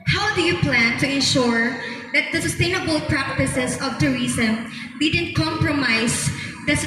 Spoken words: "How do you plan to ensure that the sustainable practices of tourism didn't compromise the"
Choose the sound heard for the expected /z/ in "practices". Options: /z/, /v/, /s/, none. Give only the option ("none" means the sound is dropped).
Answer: /s/